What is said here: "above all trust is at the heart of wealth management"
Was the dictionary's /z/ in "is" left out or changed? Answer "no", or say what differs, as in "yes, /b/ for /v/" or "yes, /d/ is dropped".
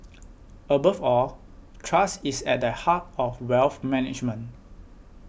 yes, /s/ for /z/